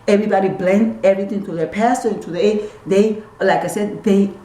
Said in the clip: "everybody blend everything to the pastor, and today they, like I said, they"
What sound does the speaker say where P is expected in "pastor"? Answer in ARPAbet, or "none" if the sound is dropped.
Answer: P